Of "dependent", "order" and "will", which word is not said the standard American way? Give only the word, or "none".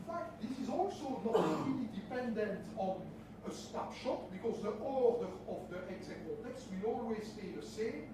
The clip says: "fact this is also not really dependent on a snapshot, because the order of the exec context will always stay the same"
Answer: none